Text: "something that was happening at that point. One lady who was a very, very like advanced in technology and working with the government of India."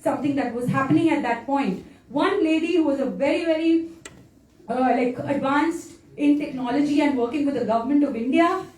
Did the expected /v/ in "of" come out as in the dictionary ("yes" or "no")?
yes